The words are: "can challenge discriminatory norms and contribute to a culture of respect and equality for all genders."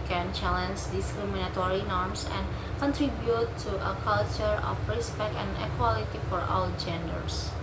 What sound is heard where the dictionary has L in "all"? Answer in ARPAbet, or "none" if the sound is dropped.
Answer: W